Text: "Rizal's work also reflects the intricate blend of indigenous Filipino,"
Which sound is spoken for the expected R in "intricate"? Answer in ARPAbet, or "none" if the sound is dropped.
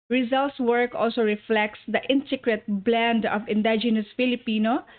none